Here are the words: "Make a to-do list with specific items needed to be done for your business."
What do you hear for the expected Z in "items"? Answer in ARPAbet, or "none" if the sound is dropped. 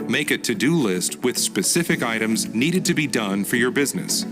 Z